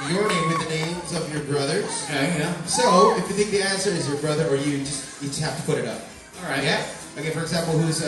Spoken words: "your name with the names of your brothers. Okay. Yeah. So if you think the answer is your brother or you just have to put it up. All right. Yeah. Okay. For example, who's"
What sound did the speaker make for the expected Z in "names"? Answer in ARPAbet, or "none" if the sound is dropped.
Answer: Z